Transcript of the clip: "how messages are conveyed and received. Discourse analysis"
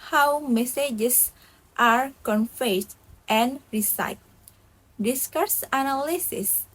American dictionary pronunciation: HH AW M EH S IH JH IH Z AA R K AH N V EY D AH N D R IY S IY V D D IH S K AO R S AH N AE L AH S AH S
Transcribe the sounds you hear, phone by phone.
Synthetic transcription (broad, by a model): HH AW M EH S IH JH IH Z AA R K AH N F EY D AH N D R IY S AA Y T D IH S K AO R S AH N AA L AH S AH S